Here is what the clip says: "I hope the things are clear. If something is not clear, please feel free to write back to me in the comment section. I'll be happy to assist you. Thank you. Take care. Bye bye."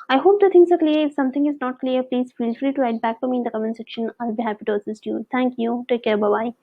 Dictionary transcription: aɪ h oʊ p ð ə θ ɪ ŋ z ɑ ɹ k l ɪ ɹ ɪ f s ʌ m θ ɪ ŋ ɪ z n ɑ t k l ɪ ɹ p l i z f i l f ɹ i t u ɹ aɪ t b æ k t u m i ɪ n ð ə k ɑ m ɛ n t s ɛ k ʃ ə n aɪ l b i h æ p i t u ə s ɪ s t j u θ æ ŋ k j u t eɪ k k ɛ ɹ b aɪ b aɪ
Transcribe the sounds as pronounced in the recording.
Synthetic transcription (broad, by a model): aɪ h oʊ p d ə t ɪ ŋ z ɑ ɹ k l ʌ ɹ ɪ f s ʌ m t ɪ ŋ ɪ z n ɑ t k l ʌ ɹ p l i z f i l f l i t u ɹ aɪ t b æ k t u m i ɪ n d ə k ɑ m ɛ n s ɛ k ʃ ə n aɪ l b i h æ p i t u ə s ɪ s t j u t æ ŋ k j u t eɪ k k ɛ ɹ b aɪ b aɪ